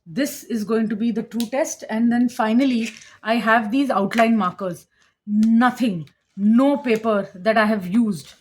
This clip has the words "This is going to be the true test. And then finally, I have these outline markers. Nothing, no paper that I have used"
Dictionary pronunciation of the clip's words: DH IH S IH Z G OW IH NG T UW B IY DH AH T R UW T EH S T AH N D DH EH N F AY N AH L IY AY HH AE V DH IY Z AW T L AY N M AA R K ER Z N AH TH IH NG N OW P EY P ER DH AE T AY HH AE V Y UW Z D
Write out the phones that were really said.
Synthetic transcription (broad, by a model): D IH S IH Z G OW IH NG T UW B IY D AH T R UW T EH S T AH N D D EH N F AY N AH L IY AY HH AE V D IY Z AW T L AY N M AA R K ER Z N AH T IH NG N OW P EY P ER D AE T AY HH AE V Y UW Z D